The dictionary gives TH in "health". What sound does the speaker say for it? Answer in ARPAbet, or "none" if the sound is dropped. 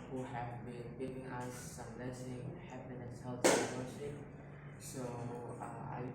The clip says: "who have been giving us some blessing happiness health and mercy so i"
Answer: T